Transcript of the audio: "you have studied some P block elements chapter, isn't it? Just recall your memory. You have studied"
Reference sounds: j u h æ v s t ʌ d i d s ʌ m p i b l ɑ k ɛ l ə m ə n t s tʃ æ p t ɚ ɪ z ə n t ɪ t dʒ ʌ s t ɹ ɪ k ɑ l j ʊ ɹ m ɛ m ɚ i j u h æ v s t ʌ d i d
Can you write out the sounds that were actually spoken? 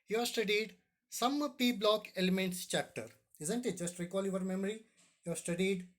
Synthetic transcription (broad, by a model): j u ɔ s t ʌ d i d s ʌ m p i b l ɑ k ɛ l ə m ə n t s tʃ æ p t ɚ ɪ z ə n t ɪ t dʒ ʌ s t ɹ ɪ k ɑ l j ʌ ɹ m ɛ m ɚ i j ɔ s t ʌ d i d